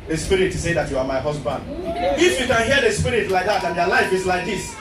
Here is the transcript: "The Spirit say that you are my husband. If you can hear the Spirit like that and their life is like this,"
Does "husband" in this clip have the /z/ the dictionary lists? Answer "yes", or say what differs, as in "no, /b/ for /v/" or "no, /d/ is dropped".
no, /s/ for /z/